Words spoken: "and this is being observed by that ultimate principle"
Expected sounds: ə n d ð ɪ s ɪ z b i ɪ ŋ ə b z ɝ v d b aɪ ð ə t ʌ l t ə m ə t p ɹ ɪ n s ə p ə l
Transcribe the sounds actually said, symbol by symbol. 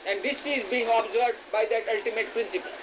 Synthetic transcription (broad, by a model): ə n d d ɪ s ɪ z b i ɪ ŋ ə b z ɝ d b aɪ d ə t ʌ l t ə m ə t p ɹ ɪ n s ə p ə l